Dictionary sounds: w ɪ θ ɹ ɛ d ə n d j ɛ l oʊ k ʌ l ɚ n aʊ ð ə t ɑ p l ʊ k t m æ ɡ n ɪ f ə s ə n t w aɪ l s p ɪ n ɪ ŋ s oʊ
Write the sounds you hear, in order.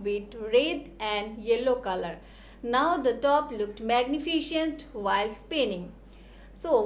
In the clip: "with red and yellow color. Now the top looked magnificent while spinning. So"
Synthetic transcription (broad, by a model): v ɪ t ɹ ɛ d ə n d j ɛ l oʊ k ʌ l ɚ n aʊ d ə t ɑ p l ʊ k t m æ ɡ n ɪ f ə ʃ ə n t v aɪ l s p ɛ n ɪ ŋ s oʊ